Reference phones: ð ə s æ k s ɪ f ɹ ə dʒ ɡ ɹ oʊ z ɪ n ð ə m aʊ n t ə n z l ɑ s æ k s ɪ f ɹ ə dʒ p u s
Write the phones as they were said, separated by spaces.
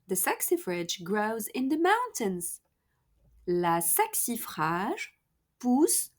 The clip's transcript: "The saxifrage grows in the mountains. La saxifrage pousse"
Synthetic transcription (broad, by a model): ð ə s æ k s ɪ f ɹ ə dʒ ɡ ɹ oʊ z ɪ n ð ə m aʊ n t ə n z l ɑ s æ k s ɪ f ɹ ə ʒ p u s